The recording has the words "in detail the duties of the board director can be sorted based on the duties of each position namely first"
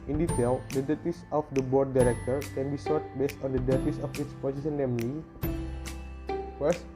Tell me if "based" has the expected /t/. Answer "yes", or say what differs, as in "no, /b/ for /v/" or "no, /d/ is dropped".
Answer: yes